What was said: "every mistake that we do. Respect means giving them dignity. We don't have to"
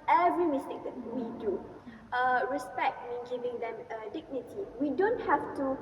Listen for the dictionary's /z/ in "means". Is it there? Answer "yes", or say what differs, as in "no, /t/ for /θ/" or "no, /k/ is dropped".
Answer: no, /z/ is dropped